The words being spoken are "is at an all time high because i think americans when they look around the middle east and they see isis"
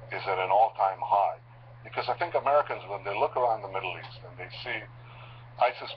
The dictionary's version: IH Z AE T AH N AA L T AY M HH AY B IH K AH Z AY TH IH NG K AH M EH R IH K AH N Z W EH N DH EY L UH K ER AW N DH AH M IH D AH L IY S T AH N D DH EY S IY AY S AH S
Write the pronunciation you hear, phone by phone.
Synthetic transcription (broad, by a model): IH Z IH T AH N AA L T AY M HH AY B IH K AH Z AY TH IH NG K AH M EH R IH K AH N Z W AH N DH EY L UH K ER AW N DH AH M IH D L IY S T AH N DH EY S IY AY S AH S